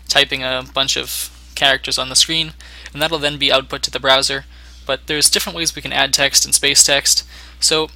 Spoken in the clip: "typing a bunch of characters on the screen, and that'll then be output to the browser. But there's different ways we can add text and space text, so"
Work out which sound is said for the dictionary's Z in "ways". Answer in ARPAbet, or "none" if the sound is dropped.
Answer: Z